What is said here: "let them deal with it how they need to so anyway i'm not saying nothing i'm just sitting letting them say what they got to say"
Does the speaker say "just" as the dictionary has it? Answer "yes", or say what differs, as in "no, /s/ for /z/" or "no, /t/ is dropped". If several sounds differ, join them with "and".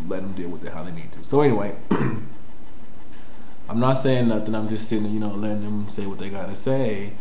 yes